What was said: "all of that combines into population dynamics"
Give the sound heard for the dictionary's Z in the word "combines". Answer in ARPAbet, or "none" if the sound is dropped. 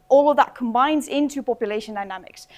Z